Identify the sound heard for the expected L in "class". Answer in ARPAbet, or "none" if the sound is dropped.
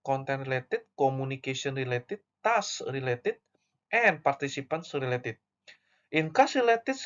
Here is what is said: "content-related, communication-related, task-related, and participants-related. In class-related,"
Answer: none